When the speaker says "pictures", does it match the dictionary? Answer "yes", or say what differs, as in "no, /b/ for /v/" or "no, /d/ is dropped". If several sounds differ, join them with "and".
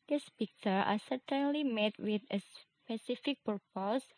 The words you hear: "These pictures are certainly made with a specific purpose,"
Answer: no, /z/ is dropped